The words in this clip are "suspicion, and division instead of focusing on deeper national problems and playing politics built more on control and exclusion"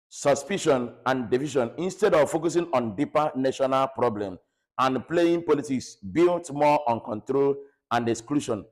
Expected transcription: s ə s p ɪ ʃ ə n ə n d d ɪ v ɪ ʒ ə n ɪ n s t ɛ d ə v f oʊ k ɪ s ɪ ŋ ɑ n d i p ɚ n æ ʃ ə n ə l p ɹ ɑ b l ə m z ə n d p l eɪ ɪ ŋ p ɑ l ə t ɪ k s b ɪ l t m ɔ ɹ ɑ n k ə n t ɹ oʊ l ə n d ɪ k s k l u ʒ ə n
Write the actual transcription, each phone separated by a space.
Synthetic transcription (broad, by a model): s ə s p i ʃ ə n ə n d d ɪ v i ʃ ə n ɪ n s t ɛ d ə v f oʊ k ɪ s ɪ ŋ ɑ n d i p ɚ n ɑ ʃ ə n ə l p ɹ ɑ b l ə m ə n p l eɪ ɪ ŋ p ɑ l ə t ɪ k s b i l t m ɔ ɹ ɑ n k ə n t ɹ oʊ l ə n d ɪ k s k l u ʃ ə n